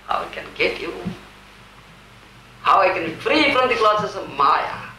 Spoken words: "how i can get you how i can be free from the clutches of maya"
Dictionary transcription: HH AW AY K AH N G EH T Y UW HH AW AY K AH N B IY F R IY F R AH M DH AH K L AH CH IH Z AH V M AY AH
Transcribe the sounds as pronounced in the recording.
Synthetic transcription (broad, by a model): HH AW AY K AH N G EH T Y UW HH AW AY K AH N B IY F R IY F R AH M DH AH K L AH S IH S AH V M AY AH